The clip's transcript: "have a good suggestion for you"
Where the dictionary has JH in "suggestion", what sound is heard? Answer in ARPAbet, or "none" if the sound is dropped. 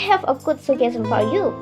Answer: none